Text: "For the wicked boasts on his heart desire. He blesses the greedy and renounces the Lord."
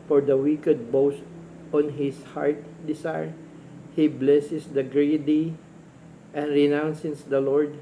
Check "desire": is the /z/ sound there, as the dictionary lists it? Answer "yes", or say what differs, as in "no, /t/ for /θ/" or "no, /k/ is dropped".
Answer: no, /s/ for /z/